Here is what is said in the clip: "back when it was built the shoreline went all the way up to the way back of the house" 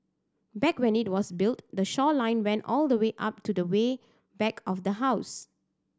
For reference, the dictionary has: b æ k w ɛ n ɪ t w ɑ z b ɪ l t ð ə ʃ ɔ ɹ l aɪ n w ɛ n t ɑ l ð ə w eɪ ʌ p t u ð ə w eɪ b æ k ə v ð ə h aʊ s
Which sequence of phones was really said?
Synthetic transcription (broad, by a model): b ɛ k w ɛ n ɪ t w ɑ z b ɪ l t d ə ʃ ɔ l aɪ n w ɛ n t ɑ l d ə w eɪ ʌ p t u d ə w eɪ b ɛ k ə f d ə h aʊ s